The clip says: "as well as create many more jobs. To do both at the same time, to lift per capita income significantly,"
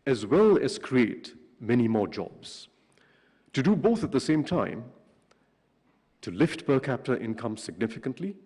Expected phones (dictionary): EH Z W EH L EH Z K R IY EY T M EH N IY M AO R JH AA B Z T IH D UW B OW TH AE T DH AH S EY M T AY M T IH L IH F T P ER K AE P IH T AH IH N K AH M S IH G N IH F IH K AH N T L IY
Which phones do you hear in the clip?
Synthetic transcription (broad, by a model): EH Z W EH L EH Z K R IY EY T M EH N IY M AO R JH AA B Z T IH D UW B OW TH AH T DH AH S EY M T AY M T IH L IH F T B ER K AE P T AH IH N K AH M S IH G N IH F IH K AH N T L IY